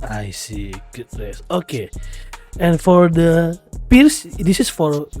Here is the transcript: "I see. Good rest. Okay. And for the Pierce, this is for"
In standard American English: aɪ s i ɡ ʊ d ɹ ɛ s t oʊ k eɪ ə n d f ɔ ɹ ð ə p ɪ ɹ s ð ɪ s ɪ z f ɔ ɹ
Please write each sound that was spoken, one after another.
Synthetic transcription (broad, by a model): aɪ s i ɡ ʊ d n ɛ s oʊ k eɪ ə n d f ɔ ɹ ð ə p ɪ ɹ s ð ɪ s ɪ s f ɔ ɹ